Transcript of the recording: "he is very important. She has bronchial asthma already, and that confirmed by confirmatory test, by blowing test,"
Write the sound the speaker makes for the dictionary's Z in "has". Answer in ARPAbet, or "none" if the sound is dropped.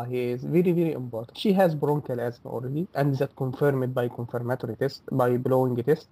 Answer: Z